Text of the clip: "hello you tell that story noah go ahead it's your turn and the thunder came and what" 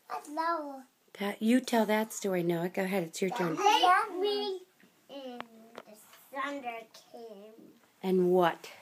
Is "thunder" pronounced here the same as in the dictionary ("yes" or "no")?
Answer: no